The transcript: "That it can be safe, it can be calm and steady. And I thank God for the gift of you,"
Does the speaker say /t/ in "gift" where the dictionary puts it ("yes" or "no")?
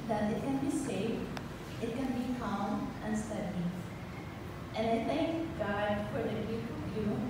no